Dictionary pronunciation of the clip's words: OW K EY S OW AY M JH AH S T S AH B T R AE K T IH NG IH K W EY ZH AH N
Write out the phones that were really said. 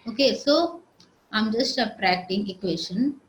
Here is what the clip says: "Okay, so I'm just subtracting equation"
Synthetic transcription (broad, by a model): OW K EY S OW AY M JH AH S T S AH T R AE K T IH NG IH K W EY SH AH N